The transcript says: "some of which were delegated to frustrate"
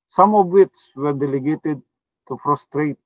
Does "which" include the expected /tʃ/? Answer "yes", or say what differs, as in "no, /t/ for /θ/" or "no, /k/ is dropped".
no, /s/ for /tʃ/